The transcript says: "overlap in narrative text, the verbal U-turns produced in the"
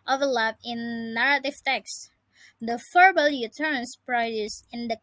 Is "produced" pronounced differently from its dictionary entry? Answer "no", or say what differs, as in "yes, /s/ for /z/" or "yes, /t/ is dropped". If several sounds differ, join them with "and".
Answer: yes, /t/ is dropped